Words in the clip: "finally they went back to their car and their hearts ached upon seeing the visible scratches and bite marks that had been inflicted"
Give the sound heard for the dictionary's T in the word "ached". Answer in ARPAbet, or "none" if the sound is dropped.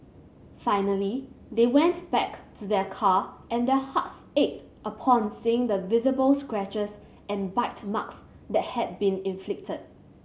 T